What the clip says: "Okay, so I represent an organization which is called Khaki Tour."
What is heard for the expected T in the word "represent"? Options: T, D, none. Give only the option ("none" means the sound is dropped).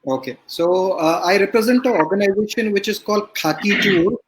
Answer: T